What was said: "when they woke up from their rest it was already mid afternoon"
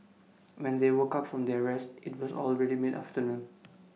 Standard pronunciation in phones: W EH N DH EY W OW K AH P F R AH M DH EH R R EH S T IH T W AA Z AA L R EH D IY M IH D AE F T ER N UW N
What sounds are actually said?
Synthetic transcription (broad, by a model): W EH N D EY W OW K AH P F R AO M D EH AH R EH S T IH T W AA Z AA L R EH D IY M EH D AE F T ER N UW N